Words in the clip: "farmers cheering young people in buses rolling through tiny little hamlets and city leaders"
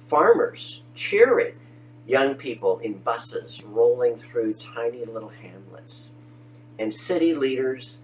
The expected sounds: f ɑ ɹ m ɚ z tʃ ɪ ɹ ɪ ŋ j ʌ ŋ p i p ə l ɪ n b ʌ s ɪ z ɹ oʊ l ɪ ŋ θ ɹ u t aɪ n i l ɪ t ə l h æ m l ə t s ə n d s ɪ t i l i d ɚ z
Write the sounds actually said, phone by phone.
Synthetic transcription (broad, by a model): f ɑ ɹ m ɚ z tʃ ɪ ɹ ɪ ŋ j ʌ ŋ p i p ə l ɪ n b ʌ s ɪ z ɹ oʊ l ɪ ŋ θ ɹ u t aɪ n i l ɪ t l h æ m l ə t s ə n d s ɪ t i l i d ɚ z